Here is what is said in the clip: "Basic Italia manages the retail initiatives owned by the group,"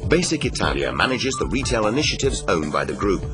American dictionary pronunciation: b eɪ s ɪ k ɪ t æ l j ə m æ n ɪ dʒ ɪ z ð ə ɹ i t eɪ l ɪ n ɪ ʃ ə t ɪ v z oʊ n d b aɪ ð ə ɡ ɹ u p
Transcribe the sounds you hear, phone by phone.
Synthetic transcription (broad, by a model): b eɪ s ɪ k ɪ t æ l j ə m æ n ɪ dʒ ɪ z ð ə ɹ i t eɪ l ɪ n ɪ ʃ ə t ɪ v z oʊ n b aɪ ð ə ɡ ɹ u p